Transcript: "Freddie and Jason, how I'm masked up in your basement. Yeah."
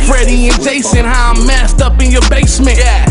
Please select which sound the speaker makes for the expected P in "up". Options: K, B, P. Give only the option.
P